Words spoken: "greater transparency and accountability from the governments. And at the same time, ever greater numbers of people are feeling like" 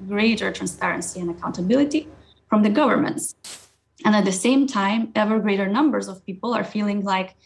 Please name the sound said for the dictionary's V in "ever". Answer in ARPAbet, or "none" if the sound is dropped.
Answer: V